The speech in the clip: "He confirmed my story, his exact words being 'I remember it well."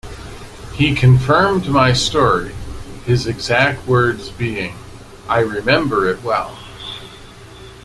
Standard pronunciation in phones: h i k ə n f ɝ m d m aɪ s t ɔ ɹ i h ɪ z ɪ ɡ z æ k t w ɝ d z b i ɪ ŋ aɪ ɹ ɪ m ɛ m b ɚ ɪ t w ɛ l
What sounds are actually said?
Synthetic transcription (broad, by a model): h i k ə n f ɝ m d m aɪ s t ɔ ɹ i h ɪ z ɪ ɡ z æ k t w ɝ d z b i ɪ ŋ aɪ ɹ ɪ m ɛ m b ɚ ɪ t w ɛ l